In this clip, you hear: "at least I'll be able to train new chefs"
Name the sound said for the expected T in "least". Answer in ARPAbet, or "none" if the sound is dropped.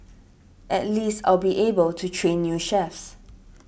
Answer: T